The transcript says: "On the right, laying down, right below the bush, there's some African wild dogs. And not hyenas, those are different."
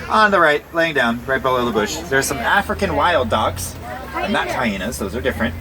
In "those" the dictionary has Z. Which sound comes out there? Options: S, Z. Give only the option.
Z